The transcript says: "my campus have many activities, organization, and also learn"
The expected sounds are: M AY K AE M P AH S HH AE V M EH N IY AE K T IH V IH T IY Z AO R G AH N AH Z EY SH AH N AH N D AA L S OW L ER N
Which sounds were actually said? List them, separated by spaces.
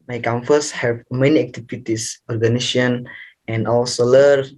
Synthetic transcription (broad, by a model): M AY K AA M F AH S HH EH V M EH N IY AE K T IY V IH T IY S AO R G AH N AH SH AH N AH N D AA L S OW L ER